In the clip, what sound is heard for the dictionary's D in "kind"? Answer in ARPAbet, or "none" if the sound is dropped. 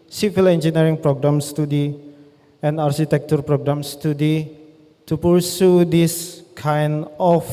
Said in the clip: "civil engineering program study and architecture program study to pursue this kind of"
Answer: none